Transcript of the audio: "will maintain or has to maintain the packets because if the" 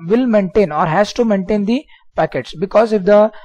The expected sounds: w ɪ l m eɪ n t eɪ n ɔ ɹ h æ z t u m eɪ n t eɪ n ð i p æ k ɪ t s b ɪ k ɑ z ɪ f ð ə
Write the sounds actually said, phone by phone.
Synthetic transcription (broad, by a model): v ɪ l m eɪ n t eɪ n ɔ ɹ h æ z t u m eɪ n t eɪ n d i p æ k ɪ t s b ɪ k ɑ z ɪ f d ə